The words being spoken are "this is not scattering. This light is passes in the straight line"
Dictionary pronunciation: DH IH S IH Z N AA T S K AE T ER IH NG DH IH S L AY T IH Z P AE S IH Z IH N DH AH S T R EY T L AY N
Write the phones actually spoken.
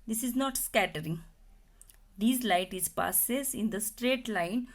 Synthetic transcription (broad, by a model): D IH S IH Z N AA T S K AE T ER IH NG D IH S L AY T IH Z P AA S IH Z IH N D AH S T R EY T L AY N